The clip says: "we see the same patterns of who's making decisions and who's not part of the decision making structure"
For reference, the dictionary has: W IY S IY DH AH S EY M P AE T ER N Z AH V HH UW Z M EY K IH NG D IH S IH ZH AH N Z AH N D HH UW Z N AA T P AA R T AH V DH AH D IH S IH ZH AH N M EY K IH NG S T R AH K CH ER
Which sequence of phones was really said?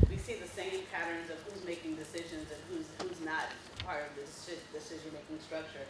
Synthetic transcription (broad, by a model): W IY S IY DH AH S EY M P AE T ER N Z AH V HH UW Z M EY K IH NG D IH S IH ZH AH N Z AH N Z HH UW Z N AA T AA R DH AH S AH D IH S IH ZH AH N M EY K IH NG S T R AH K CH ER